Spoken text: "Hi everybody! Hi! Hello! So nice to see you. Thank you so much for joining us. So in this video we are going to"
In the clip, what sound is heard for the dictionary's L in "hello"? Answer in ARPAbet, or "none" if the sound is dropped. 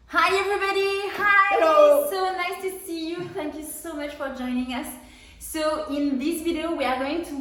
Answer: none